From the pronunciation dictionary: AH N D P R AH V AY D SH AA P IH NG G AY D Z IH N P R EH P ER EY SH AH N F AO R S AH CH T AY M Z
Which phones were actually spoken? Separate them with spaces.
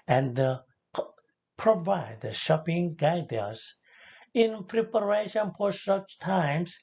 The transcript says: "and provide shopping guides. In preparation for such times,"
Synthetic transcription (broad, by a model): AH N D P R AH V AY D SH AA P IH NG G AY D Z IH N P R EH P ER EY SH AH N F AO R S AH CH T AY M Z